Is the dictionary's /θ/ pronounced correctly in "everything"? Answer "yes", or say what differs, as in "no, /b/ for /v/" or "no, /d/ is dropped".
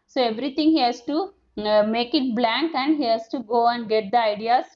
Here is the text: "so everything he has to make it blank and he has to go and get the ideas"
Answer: no, /t/ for /θ/